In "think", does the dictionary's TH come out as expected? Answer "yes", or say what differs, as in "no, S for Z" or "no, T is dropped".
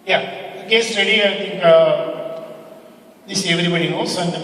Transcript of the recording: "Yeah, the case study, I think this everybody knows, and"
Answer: no, T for TH